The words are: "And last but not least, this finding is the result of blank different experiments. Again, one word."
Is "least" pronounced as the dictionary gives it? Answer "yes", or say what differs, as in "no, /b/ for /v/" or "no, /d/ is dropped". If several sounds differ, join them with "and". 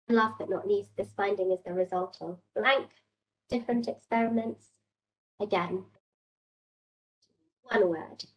no, /n/ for /l/